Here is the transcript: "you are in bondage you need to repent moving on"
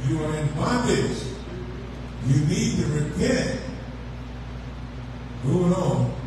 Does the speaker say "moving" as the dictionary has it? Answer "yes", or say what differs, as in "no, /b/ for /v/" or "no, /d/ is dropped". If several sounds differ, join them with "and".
no, /v/ is dropped